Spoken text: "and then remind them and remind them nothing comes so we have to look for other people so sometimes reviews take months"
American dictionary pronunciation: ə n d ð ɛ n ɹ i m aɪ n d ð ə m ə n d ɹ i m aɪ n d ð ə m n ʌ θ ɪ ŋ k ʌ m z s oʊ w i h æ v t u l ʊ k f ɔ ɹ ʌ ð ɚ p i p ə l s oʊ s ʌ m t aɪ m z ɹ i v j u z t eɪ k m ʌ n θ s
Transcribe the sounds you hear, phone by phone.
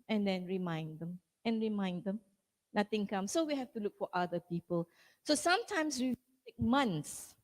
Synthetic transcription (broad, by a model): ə n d ɛ n ɹ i m aɪ n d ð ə m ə n ɹ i m aɪ n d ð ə m n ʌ t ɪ ŋ k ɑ m s oʊ w i h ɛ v t u l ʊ k f ɔ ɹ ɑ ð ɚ p i p ə l s oʊ s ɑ m t aɪ m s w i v t eɪ k m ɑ n s